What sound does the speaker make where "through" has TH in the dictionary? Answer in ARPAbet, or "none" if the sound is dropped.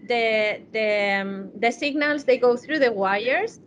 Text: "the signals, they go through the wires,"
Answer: TH